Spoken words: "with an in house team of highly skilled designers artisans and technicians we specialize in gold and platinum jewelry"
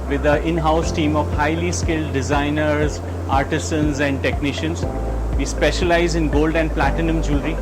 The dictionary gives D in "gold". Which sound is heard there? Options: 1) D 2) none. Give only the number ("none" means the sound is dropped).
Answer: 1